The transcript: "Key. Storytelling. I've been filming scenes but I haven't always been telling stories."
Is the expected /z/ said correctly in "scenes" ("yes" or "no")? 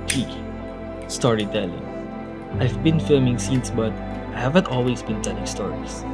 no